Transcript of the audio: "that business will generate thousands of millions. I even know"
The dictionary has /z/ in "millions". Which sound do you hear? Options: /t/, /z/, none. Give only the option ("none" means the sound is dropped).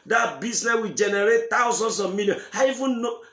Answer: none